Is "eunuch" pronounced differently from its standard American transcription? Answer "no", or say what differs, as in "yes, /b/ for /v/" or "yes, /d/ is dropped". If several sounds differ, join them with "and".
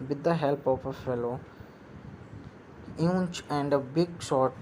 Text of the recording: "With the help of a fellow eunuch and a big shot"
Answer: yes, /n/ is dropped